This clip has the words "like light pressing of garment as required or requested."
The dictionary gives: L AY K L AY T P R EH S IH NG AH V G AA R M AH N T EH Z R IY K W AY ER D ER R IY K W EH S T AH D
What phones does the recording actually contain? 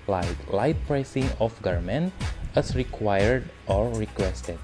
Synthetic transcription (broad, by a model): L AY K L AY T P R EH S IH NG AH F G AA R M AH N T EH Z R IY K W AY ER D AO R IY K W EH S T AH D